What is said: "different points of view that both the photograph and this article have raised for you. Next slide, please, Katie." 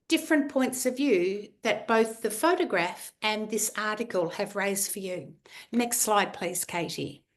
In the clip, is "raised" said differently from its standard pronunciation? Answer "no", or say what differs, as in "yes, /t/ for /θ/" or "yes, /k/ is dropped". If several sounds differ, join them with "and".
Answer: no